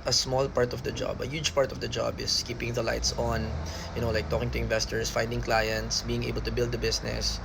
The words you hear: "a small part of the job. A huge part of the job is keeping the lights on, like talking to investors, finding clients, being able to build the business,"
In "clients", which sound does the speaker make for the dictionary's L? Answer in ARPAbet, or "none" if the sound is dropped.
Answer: L